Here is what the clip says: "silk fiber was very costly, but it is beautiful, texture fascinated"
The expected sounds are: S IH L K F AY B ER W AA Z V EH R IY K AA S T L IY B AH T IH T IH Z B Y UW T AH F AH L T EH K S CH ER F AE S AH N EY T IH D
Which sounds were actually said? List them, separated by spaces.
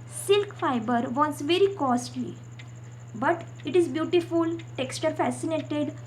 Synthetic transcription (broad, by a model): S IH L K F AY B ER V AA S V EH R IY K AA S T L IY B AH T IH T IH Z B Y UW T AH F AH L T EH K S CH ER F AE S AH N EY T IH D